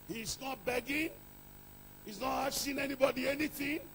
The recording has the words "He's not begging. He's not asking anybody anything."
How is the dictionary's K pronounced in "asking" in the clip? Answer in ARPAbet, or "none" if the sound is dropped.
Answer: none